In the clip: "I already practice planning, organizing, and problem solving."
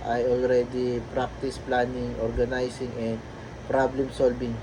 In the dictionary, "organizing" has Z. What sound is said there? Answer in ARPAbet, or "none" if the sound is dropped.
S